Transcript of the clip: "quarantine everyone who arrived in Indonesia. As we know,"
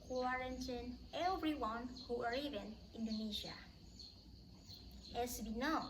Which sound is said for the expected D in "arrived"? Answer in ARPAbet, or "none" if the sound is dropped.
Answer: none